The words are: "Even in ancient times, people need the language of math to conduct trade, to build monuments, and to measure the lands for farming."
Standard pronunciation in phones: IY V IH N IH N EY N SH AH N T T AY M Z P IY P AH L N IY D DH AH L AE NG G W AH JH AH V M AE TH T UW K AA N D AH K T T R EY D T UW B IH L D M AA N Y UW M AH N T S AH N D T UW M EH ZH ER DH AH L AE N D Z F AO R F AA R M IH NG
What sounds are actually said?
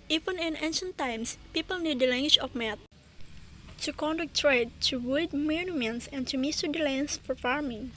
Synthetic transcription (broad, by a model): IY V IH N IH N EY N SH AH N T T AY M S P IY P AH L N IY D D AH L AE NG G W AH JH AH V M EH T T UW K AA N D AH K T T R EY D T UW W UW D M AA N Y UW M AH N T S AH N T UW M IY S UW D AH L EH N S F AO R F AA R M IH NG